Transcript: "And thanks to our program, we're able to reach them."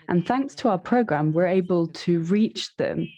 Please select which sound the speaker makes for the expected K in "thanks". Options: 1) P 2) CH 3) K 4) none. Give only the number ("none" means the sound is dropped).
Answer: 3